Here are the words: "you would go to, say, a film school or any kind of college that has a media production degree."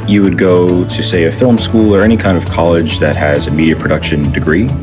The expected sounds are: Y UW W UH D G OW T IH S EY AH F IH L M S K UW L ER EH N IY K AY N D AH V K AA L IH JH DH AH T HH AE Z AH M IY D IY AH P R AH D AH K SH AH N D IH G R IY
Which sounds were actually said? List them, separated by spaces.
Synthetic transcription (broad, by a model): Y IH W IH D G OW T IH S EY AH F IH L M S K UW L ER EH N IY K AY N D AH V K AA L IH JH DH AH T HH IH Z AH M IY D IY AH P R AH D AH K SH AH N D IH G R IY